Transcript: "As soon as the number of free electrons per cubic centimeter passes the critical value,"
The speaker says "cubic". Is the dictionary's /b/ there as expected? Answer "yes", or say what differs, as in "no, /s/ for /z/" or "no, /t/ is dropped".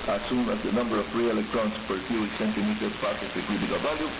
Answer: no, /b/ is dropped